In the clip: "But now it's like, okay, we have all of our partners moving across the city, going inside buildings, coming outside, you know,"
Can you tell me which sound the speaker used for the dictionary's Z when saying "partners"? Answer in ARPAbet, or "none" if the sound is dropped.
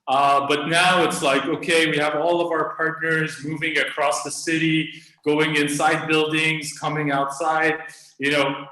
Z